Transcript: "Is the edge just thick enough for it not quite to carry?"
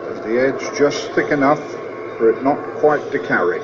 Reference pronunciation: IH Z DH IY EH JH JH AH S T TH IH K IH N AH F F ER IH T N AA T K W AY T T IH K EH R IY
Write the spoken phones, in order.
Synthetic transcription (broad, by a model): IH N DH IY EH JH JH AH S TH IH K IH N AH F F ER IH T N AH T K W AY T T IH K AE R IY